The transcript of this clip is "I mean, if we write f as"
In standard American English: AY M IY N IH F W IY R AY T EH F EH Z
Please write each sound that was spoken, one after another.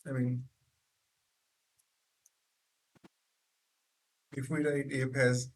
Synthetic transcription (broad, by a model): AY M IY N IH F W IY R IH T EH P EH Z